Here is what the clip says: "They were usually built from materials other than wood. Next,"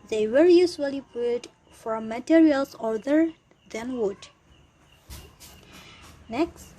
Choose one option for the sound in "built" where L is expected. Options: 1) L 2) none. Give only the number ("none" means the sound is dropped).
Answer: 2